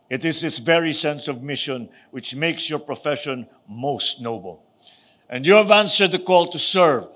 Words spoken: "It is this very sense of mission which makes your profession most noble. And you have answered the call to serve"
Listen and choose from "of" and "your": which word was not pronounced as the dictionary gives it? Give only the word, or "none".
none